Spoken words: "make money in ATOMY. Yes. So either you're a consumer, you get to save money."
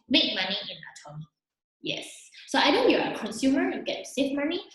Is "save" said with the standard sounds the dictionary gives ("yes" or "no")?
no